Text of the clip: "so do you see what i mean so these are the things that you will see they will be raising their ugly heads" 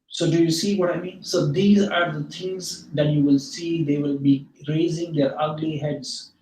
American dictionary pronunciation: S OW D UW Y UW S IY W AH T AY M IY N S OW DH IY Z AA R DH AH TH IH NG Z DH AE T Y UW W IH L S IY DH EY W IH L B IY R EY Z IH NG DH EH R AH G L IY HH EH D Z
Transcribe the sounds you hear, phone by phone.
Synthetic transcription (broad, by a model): S OW D UW Y UW S IY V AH T AY M IY N S OW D IY Z AA R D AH T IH NG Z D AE T Y UW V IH L S IY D EY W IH L B IY R EY Z IH NG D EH R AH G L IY HH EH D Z